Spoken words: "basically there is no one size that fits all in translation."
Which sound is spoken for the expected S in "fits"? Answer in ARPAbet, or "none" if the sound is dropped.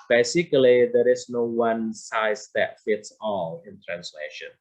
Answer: S